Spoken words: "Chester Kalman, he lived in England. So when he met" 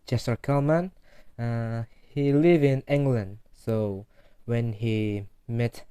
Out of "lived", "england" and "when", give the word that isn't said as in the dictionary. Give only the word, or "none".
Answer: lived